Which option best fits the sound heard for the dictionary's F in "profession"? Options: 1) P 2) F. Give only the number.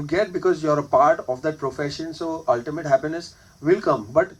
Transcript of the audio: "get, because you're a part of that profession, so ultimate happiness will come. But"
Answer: 2